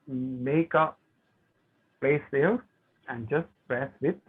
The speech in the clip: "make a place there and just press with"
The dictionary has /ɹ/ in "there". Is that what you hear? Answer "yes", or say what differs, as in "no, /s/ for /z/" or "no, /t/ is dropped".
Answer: no, /l/ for /ɹ/